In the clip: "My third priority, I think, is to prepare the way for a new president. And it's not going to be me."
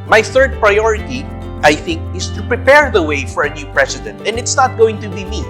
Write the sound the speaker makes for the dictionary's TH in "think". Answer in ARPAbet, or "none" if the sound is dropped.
TH